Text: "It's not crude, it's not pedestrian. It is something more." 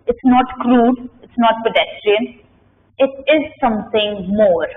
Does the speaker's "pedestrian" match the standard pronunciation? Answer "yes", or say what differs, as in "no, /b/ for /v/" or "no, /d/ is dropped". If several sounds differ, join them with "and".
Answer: yes